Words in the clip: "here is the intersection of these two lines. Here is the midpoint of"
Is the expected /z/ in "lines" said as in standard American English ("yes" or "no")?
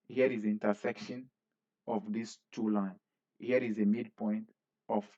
no